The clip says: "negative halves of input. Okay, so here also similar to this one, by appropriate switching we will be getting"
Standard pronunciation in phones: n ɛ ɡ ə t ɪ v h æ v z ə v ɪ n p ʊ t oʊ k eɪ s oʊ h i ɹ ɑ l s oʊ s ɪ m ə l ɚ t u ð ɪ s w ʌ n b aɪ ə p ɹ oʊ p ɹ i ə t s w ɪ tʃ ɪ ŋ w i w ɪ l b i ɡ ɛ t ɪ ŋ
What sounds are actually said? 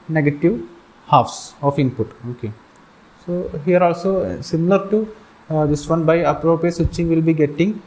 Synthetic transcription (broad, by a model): n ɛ ɡ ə t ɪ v h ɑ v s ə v ɪ n p ʊ t oʊ k eɪ s oʊ h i ɹ ɑ l s oʊ s ɪ m ə l ɚ t u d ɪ s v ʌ n b aɪ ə p ɹ oʊ p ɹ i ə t s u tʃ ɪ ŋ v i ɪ l b i ɡ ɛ t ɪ ŋ